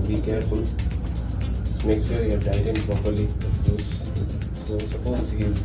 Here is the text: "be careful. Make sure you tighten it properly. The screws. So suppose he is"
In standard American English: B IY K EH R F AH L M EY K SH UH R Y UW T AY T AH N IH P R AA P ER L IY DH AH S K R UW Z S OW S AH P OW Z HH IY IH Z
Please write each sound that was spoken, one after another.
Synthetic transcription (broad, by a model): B IY K EH R F AH L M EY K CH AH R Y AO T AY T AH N P R AA P ER L IY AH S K UW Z S OW S AH P OW Z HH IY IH